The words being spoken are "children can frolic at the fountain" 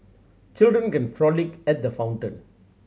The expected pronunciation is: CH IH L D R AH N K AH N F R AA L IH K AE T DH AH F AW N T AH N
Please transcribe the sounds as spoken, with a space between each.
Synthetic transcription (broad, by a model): CH IH L D R AH N K AH N F R AA L IH K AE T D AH F AW N T AH N